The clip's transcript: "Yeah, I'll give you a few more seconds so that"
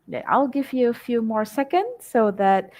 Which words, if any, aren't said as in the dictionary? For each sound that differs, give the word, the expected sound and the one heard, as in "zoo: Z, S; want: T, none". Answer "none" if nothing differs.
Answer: none